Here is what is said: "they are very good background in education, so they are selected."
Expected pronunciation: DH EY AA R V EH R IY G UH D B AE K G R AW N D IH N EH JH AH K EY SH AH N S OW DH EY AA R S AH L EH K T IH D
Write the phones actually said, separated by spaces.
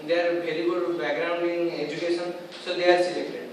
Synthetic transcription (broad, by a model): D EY AA R B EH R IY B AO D B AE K G R AW N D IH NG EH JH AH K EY S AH N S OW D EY AA R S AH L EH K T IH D